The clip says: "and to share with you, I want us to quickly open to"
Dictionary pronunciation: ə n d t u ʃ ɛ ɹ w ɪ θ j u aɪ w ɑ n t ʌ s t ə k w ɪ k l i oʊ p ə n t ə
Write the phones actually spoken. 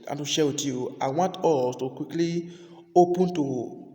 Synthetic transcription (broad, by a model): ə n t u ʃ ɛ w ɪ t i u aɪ w ɑ n t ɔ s t ə k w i k l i oʊ p ə n t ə